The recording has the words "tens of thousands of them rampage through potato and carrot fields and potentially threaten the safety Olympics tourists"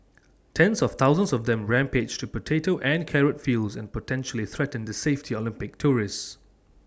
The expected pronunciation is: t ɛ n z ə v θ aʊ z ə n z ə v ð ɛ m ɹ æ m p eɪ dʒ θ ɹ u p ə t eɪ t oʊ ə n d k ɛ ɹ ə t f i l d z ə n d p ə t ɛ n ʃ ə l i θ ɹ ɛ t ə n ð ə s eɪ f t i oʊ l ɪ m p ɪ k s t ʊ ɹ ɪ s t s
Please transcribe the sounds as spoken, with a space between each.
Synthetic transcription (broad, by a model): t ɛ n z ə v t aʊ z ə n s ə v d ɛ m ɹ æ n p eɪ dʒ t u p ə t eɪ t oʊ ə n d k ɛ ɹ ə t f i l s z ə n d p ə t ɛ n ʃ ə l i θ ɹ ɛ t ə n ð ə s eɪ f t i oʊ l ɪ m p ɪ k t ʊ ɹ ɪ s s